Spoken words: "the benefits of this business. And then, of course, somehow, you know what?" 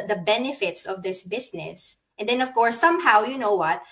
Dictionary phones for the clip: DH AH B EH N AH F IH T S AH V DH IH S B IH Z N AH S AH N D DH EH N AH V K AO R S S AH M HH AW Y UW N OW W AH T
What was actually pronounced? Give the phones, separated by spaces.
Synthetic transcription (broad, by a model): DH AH B EH N AH F IH T S AH V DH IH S B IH S N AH S AH N D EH N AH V K AO R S S AH M HH AW Y UW N OW W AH T